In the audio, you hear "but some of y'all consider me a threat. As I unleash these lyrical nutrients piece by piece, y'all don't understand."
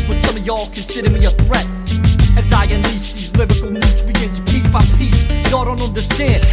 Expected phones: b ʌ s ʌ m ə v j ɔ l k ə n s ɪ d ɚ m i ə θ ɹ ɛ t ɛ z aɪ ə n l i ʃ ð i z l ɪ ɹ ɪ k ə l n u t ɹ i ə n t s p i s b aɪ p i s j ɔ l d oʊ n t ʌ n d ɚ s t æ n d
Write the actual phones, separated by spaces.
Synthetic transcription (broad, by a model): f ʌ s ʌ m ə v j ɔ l k ə n s ɪ d ɚ m i ə θ ɹ ɛ t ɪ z aɪ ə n l i s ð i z l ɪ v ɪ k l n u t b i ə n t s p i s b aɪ p i s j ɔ d oʊ n t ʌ n d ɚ s t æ n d